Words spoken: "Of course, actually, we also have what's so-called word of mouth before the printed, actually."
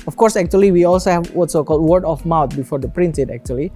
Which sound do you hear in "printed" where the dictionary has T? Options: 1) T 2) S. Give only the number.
2